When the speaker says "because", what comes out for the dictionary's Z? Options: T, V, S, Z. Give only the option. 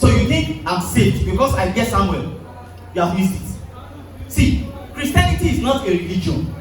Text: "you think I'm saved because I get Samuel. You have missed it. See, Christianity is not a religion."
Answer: S